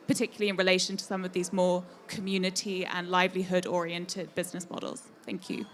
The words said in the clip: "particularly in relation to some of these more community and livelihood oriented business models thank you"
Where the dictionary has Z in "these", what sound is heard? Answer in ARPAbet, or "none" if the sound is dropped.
Z